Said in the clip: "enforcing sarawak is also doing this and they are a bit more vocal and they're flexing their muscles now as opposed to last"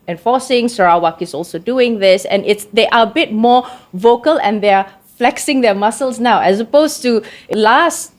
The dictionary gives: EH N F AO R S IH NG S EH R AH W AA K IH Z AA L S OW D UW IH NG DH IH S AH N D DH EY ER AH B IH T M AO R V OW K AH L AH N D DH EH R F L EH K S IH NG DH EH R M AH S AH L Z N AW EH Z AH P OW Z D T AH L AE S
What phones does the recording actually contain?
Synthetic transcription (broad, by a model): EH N F AO S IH NG S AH R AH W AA K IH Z AA L S OW D UW IH NG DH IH S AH N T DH EY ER AH B IH T M AO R V OW K AH L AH N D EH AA F L EH K S IH NG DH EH M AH S AH L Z N AW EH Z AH P OW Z T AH L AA S